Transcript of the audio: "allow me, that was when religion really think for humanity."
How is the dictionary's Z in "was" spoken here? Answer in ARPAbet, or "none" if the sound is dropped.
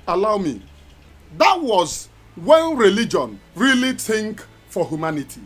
Z